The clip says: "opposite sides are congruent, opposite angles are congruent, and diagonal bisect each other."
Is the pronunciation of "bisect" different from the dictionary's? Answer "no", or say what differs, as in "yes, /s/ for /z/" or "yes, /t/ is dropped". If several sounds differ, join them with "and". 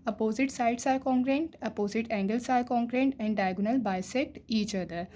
no